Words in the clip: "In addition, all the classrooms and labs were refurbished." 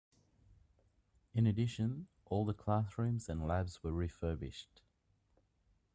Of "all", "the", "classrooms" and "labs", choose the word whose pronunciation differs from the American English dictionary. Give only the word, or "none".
classrooms